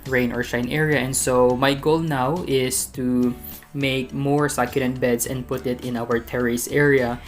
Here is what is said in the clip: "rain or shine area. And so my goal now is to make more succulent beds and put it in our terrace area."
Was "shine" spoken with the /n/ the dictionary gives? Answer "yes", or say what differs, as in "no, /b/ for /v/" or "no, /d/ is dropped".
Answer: yes